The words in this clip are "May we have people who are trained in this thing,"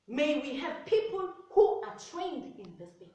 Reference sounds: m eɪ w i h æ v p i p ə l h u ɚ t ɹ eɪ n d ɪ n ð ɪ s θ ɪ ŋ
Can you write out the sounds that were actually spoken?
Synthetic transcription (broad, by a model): m eɪ w i h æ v p i p ə l h u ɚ t ɹ eɪ n d ɪ n ð ɪ s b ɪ